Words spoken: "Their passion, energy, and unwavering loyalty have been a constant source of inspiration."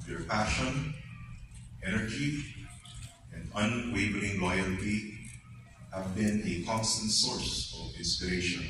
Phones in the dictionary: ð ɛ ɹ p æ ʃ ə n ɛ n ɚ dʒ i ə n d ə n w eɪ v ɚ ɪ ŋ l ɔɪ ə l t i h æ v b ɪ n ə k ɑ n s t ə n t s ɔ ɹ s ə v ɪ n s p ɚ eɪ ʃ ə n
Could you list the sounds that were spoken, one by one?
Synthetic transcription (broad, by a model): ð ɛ ɹ p æ ʃ ə n ɛ n ɚ dʒ i ə n d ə n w eɪ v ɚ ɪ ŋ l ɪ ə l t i h æ v b ɪ n ə k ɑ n s t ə n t s ɔ ɹ s ə v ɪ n s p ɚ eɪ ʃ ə n